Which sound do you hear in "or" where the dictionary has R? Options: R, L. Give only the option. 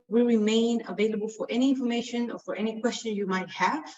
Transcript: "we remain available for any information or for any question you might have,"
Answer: R